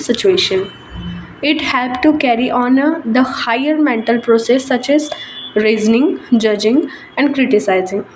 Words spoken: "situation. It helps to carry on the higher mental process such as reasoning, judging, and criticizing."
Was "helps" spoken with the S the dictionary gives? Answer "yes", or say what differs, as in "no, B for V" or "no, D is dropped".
no, S is dropped